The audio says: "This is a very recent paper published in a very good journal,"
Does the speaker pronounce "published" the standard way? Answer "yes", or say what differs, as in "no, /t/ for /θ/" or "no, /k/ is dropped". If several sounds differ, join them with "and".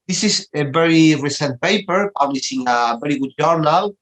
no, /t/ is dropped